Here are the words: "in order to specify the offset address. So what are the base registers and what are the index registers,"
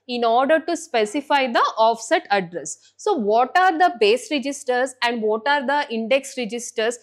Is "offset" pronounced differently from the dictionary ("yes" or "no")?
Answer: no